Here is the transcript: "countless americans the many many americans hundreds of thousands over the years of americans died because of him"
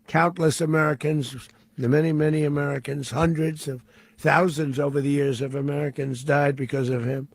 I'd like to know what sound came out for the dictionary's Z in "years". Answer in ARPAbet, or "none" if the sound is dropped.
Z